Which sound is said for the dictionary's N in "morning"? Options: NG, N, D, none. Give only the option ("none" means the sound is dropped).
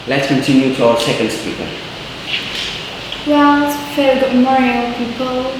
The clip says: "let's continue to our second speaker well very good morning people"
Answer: none